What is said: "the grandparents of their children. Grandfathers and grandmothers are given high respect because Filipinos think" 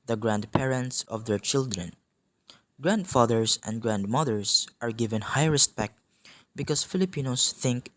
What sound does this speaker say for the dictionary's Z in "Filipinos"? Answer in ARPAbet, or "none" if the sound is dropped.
S